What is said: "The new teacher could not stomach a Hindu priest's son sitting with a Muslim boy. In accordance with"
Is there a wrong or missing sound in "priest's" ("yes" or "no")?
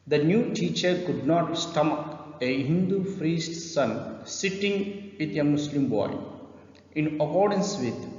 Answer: yes